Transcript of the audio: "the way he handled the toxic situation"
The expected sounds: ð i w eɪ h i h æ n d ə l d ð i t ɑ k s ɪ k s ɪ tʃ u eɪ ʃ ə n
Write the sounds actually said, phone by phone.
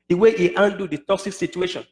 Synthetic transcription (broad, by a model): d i w eɪ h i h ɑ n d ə d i t ɑ k s ɪ k s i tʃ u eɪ ʃ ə n